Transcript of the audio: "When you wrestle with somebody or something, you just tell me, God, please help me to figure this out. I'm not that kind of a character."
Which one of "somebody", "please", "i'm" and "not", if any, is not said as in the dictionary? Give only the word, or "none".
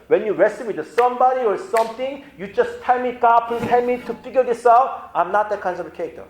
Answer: please